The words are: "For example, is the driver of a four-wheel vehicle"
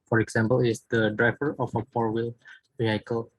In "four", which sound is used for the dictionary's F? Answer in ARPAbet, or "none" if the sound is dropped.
P